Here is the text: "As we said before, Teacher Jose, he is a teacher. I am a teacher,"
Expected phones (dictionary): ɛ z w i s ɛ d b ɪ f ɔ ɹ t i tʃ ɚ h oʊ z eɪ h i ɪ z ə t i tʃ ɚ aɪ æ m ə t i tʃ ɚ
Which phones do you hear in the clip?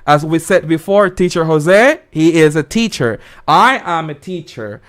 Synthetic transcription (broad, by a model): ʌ z w i s ɛ d b ɪ f ɔ ɹ t i tʃ ɚ h oʊ z eɪ h i ɪ z ə t i tʃ ɚ aɪ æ m ə t i tʃ ɚ